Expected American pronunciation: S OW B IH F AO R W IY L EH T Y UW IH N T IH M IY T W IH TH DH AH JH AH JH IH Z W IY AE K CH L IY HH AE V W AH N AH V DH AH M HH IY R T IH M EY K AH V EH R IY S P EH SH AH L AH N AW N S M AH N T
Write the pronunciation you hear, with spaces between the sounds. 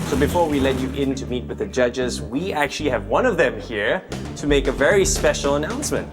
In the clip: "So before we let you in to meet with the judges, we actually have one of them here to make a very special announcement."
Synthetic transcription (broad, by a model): S OW B IH F AO R W IY L EH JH Y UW IH N T IH M IY T W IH DH AH JH AH JH IH Z W IY AE K CH L IY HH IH V W AH N AH V DH AH M HH IY R T IH M EY K AH V EH R IY S P EH SH L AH N AW N S M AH N T